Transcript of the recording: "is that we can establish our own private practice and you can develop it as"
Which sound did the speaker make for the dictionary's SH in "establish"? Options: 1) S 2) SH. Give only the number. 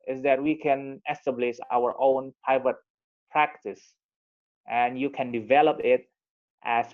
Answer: 1